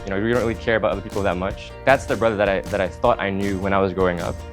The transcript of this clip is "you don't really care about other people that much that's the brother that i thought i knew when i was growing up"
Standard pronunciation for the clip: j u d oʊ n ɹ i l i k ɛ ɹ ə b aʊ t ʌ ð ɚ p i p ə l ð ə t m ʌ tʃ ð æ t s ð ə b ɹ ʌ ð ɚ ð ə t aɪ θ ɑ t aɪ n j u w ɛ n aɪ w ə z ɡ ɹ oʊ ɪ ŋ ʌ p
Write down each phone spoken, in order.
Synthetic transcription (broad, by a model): j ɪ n oʊ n ɹ i l i k ɛ ɹ ə b aʊ t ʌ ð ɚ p i p l ð ə t m ʌ tʃ ð æ t s ð ə b ɹ ʌ ð ɚ ð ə t aɪ θ ɑ t aɪ n j u w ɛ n aɪ w ə z ɡ ɹ oʊ ɪ ŋ ʌ p